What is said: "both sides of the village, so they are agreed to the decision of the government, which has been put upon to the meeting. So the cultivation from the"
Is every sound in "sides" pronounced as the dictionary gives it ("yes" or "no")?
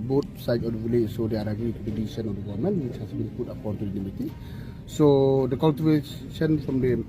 no